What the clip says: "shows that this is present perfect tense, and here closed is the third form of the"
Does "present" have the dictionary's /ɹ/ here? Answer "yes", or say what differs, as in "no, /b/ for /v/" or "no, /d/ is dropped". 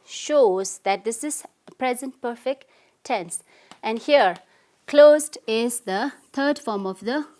yes